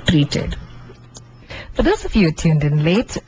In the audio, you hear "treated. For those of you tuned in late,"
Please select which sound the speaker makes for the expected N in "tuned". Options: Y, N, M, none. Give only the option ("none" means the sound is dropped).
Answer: N